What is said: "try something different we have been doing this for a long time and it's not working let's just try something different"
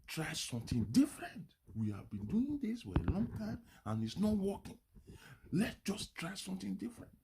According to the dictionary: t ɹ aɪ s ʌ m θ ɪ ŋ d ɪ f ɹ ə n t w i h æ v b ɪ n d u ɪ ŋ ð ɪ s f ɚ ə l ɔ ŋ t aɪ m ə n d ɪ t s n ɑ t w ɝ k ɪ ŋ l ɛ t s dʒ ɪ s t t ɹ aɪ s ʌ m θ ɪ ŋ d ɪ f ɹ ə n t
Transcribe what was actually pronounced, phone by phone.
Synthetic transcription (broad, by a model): t ɹ aɪ s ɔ m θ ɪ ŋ d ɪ f ɹ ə n t w i h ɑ v b ɪ n d u ɪ ŋ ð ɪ s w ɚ ə l ɔ ŋ t aɪ m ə n ɪ t s n ɑ t w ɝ k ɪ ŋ l ɛ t dʒ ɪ s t t ɹ aɪ s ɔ m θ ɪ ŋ d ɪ f ɹ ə n t